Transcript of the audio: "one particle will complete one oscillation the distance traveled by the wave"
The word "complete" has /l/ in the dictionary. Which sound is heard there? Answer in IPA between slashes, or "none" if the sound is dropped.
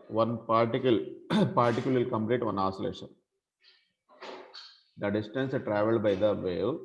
/l/